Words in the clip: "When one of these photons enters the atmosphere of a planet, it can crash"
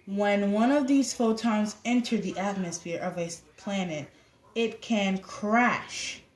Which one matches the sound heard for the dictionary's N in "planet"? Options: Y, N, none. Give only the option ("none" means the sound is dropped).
N